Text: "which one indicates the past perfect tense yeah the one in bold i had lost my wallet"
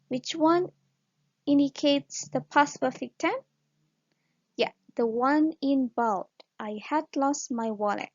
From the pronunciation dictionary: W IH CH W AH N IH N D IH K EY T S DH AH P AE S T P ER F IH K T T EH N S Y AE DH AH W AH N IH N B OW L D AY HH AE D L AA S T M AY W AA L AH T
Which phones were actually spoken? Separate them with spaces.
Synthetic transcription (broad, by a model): W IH CH W AH N IH N D IH K EY T S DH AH P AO S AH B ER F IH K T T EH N Y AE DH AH W AH N IH N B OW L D AY HH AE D L AA S T M AY W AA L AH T